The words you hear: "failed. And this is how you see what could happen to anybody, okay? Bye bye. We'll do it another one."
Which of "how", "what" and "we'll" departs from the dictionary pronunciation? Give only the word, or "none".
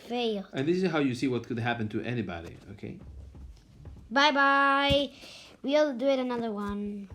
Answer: none